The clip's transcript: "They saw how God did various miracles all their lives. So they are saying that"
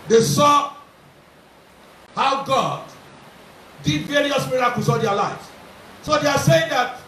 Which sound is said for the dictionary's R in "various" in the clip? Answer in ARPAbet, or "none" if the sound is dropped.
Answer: R